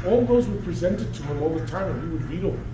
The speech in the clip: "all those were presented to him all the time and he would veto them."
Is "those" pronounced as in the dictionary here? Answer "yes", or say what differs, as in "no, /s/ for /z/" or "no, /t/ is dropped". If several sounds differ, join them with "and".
yes